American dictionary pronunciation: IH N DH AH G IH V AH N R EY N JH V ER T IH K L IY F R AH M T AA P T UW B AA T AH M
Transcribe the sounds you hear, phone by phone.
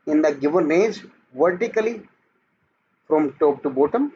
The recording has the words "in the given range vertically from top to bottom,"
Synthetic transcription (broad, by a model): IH N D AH G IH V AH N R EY JH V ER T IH K L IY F R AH M T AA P T UW B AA T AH M